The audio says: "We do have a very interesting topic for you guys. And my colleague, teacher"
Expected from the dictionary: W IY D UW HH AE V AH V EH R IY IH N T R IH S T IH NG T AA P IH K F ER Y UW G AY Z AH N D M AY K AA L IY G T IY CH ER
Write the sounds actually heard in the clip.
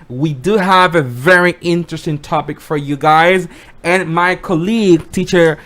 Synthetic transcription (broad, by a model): W IY D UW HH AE V AH V EH R IY IH N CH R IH S T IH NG T AA P IH K F ER Y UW G AY Z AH N M AY K AA L IY G T IY CH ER